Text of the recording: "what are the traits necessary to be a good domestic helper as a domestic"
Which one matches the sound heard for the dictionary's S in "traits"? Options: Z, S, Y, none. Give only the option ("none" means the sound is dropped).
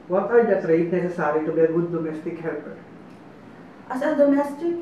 none